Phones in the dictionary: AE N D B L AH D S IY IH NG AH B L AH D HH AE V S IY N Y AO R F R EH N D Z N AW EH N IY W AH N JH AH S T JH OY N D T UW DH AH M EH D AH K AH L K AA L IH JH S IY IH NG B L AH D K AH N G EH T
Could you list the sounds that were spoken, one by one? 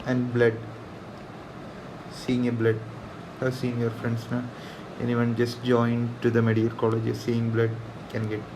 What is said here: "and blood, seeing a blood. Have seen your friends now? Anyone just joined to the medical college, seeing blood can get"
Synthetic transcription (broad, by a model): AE N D B L AH D S IY IH NG AH B L AH D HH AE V S IY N Y AO R F R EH N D S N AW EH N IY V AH N JH AH S T JH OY N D T UW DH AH M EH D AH AH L K AA L IH JH S IY IH NG B L AH D K AH N G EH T